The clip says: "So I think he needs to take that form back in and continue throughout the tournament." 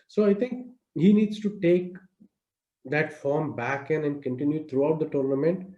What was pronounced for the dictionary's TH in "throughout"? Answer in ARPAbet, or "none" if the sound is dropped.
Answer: T